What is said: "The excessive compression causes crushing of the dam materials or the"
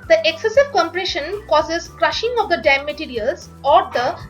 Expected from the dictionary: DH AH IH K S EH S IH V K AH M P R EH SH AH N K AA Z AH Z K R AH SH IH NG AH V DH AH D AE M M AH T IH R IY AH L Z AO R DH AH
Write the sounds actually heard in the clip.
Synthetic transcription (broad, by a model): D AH IH K S EH S IH V K AH M P R EH SH AH N K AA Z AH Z K R AH SH IH NG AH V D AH D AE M M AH T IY R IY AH L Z AO R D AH